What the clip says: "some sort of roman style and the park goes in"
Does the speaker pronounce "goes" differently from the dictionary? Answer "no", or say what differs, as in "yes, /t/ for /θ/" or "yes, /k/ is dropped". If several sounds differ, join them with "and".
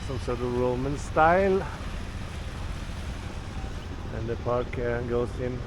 yes, /s/ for /z/